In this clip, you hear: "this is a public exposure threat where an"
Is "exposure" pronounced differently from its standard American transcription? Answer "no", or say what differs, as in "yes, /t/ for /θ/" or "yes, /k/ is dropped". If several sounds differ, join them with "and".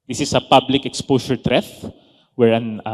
yes, /s/ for /ʒ/